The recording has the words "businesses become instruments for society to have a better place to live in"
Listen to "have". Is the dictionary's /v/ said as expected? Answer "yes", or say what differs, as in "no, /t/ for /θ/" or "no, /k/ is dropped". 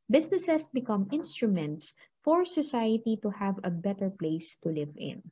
yes